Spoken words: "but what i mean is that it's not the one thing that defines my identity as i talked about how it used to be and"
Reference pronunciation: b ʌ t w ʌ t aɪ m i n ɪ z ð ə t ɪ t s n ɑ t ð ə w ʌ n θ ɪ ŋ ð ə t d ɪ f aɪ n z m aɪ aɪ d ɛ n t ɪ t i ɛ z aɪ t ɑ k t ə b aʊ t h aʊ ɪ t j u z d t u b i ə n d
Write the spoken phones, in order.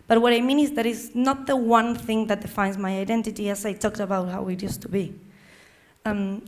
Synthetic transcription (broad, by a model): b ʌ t w ʌ t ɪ m i n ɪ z ð ə t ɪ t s n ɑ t ð ə w ʌ n θ ɪ ŋ ð ə t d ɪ f aɪ n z m aɪ aɪ d ɛ n t ɪ t i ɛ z aɪ t ɑ k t ə b aʊ t h aʊ ɪ t j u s t u b i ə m